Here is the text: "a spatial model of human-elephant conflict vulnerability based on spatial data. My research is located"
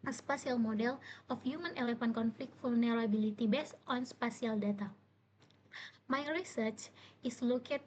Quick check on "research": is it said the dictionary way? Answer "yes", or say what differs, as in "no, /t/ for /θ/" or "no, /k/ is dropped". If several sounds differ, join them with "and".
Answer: yes